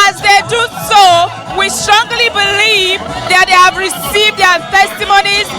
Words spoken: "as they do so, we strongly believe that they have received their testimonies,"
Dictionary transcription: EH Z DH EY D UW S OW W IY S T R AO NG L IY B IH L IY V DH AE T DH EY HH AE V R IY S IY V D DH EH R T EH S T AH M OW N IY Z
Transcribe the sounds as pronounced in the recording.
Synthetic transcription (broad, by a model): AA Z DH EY D UW S OW W IY S T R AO NG L IY B IH L IY V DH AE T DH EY HH AE V R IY S IY V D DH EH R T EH S T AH M OW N IY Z